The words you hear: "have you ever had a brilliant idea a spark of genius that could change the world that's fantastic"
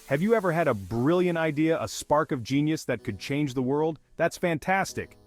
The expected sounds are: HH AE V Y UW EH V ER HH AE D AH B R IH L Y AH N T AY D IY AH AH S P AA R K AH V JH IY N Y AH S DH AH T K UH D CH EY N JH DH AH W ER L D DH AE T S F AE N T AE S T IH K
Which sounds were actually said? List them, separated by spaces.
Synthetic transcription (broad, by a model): HH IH V Y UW EH V ER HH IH D AH B R IH L Y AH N T AY D IY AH AH S P AA R K AH V JH IY N Y AH S DH AH T K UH D CH EY N JH DH AH W ER L D DH AE T S F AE N T AE S T IH K